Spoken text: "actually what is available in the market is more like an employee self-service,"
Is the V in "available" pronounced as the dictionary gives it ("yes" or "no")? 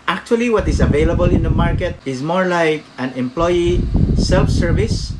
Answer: yes